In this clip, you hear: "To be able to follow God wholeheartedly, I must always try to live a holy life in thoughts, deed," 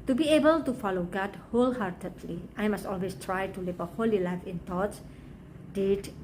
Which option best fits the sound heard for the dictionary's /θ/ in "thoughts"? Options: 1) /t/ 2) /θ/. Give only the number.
1